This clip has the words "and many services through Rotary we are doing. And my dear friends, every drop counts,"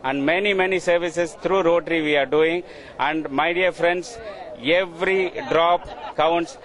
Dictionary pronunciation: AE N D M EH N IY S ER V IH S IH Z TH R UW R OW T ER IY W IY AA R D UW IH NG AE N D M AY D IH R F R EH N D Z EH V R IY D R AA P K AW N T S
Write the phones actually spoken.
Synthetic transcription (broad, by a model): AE N D M EH N IY S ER V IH S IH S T R UW R OW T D IY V IY AA R D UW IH NG AE N D M AY D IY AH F R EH N D S EH V R IY D R AA P K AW N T S